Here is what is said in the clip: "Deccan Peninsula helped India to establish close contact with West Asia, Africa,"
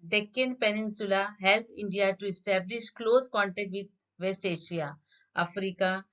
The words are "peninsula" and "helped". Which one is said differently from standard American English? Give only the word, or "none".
helped